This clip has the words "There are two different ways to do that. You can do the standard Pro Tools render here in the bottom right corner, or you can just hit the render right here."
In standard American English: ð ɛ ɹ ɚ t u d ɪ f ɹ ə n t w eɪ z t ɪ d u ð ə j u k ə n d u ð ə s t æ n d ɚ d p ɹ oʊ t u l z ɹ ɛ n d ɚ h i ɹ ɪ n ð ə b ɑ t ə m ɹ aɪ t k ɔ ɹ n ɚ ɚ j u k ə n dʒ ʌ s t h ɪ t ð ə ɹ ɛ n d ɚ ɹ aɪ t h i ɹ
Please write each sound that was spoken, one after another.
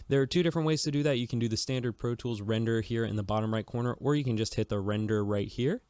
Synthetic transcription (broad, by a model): ð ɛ ɹ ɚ t u d ɪ f ɹ ə n t w eɪ z t ɪ d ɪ ð ə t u k n d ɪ ð ə s t æ n d ɚ d p ɹ oʊ t u l z ɹ ɛ n d ɚ h i ɹ ɪ n ð ə b ɑ t ə m ɹ aɪ t k ɔ ɹ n ɚ ɚ j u k ə n dʒ ʌ s t h ɪ t ð ə ɹ ɛ n d ɚ ɹ aɪ t h i ɹ